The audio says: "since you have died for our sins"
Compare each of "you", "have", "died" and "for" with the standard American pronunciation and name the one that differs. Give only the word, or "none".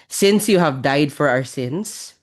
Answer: none